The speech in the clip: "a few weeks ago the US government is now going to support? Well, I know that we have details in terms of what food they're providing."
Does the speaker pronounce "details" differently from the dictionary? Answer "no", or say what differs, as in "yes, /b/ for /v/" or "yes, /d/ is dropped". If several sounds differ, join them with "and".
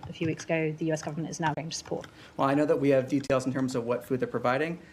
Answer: no